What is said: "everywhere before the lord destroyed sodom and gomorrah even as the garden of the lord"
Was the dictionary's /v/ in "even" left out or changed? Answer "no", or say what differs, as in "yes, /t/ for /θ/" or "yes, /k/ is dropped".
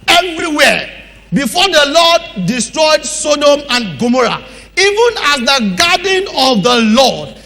no